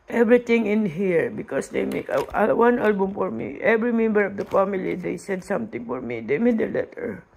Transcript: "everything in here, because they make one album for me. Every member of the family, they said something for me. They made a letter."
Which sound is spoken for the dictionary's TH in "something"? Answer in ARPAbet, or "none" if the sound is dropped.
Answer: T